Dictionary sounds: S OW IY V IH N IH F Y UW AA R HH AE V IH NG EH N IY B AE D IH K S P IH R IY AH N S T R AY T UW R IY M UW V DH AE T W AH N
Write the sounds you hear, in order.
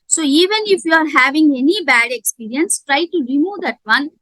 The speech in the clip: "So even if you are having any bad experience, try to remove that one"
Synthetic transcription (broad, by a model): S OW IY V IH N IH F Y UW AA R HH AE V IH NG EH N IY B AE D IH K S P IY R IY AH N S T R AY T UW R IY M UW V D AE T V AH N